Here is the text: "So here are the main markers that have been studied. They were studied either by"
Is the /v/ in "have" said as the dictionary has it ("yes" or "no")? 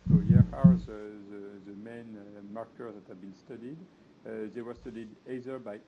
yes